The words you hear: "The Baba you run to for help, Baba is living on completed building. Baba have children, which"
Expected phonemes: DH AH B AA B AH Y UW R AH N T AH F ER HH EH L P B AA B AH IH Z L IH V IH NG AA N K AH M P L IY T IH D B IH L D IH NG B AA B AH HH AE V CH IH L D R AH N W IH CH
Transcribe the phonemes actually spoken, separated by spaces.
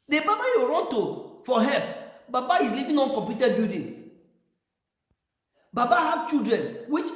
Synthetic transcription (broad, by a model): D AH B AA B AH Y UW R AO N T AH F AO HH EH L P B AA B AH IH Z L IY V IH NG AA N K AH M P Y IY T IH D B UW D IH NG B AA B AH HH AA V CH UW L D R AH N W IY CH